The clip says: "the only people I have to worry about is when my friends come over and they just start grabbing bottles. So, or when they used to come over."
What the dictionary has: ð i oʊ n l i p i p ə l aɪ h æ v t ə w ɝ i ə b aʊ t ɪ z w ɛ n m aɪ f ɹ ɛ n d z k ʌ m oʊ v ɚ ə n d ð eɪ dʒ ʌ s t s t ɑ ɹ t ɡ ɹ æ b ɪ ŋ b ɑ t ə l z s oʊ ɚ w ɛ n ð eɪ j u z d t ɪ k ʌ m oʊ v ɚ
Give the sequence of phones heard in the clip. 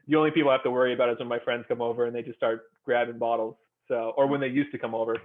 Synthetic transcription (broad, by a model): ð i oʊ n l i p i p l h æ f t ə w ɝ i ə b aʊ t ɪ z w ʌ n m aɪ f ɹ ɛ n d z k ʌ m oʊ v ɚ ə n ð eɪ dʒ ʌ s s t ɑ ɹ t ɡ ɹ æ b ɪ ŋ b ɑ t l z s oʊ ɚ w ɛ n ð eɪ j u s t ɪ k ʌ m oʊ v ɚ